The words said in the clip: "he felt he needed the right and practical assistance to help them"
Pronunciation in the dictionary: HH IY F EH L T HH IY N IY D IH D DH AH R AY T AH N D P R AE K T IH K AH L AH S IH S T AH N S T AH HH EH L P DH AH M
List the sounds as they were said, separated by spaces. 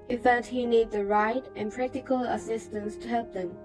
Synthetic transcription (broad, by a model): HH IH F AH T HH IY N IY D D DH AH R AY T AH N P R AE K T IH K AH L AH S IH S T AH N S T AH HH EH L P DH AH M